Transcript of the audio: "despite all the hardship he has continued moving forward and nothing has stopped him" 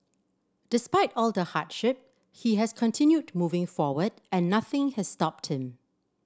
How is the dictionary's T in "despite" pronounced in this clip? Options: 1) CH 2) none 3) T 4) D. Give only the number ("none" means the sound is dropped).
3